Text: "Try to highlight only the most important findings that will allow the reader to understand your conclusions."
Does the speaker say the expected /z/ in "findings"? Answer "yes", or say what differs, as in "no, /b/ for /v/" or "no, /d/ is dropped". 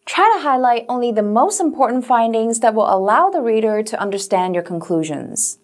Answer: yes